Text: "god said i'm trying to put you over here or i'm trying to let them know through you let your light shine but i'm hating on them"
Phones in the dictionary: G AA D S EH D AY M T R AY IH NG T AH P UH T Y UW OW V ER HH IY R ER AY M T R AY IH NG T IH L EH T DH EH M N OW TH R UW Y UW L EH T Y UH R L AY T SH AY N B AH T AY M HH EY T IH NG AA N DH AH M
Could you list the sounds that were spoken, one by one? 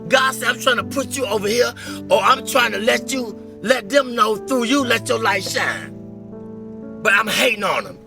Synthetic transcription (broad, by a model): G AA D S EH AY M T R AY IH NG T AH P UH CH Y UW OW V ER HH IY R ER AY M T R AY IH NG T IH L EH T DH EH M N OW TH R UW Y UW L EH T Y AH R L AY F SH AY N B AH T AY M HH EY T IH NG AA N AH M